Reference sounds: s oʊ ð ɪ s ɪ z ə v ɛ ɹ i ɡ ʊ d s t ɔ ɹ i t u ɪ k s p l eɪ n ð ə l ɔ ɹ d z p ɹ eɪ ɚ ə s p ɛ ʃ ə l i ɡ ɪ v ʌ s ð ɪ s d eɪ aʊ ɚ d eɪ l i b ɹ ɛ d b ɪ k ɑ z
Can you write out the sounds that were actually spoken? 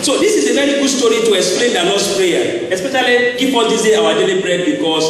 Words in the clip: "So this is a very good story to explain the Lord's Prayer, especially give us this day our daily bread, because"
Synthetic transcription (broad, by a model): s oʊ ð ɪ s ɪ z ə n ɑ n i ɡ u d s t ɔ ɹ i t u ɪ k s p l eɪ n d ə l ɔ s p ɹ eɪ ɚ ə s p ɛ ʃ ə l i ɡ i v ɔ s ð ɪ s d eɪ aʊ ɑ d eɪ l i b ɹ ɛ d b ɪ k ɑ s